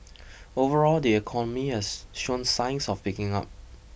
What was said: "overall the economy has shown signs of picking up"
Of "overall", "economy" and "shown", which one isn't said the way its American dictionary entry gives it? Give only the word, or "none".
none